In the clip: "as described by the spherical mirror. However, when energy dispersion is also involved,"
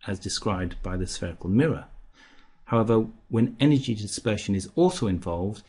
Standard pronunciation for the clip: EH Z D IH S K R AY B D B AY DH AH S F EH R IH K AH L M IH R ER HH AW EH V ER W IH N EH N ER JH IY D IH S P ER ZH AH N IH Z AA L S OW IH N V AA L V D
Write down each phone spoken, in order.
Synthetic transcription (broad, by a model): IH Z D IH S K R AY B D B AY DH AH S F EH R IH K AH L M IH R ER HH AW EH V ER W IH N EH N ER JH IY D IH S P ER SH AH N IH Z AA L S OW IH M V AA L V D